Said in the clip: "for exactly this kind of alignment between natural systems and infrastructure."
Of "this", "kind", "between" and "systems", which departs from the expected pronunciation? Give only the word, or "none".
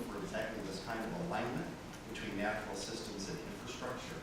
none